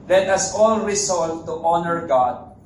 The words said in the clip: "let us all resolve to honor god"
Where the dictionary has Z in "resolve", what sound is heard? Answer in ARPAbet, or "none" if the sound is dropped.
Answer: S